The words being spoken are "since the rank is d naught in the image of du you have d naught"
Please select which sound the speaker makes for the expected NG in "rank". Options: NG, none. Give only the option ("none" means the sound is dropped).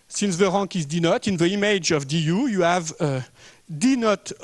none